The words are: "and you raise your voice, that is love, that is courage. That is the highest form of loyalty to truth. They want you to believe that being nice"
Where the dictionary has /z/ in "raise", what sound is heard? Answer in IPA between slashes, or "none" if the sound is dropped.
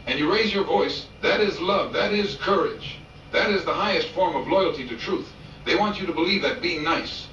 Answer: /z/